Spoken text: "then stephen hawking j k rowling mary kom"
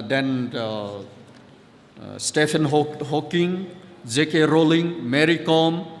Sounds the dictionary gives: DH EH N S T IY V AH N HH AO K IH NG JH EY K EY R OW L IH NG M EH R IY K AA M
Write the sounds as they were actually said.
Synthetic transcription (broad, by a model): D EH N S T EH P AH N HH AO K IH NG JH EY K EY R OW L IH NG M EH R IY K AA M